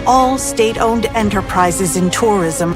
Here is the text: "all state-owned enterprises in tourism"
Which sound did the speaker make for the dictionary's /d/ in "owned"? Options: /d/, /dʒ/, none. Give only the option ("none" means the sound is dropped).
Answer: /d/